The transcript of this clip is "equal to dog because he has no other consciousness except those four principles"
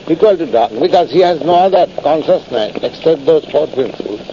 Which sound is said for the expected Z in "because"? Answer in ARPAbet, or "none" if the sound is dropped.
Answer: Z